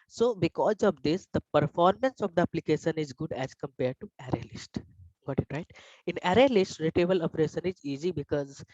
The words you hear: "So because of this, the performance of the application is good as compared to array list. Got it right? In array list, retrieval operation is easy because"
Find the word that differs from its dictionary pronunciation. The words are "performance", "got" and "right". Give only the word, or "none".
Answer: none